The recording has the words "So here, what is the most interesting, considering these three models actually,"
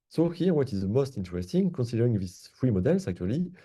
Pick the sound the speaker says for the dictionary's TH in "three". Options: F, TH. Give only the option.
F